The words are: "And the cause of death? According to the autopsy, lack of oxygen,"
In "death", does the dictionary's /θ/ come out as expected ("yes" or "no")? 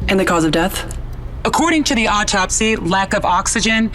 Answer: yes